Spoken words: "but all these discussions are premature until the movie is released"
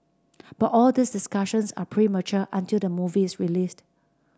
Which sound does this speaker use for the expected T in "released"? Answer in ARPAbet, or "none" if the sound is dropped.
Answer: T